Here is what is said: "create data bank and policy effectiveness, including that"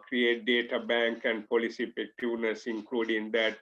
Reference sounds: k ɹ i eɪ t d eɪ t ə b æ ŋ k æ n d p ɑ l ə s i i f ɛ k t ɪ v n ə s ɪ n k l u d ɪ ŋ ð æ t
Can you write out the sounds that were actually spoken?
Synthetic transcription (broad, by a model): k ɹ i eɪ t d eɪ t ə b æ ŋ k æ n d p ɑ l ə s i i p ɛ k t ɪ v n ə s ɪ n k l u d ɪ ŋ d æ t